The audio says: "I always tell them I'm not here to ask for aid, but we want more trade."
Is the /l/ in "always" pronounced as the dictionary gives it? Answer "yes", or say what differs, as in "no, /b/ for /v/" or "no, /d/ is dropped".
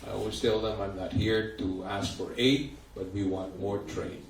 no, /l/ is dropped